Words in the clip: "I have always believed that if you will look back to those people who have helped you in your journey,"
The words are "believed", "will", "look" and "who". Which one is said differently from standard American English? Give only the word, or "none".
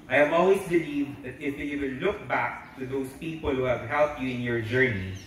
will